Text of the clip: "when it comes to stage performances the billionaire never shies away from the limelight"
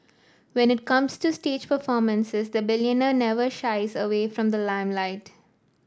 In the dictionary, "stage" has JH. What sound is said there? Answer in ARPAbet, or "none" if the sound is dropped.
JH